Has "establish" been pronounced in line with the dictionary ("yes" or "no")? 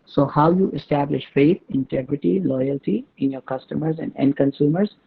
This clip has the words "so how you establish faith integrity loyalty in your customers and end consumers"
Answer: yes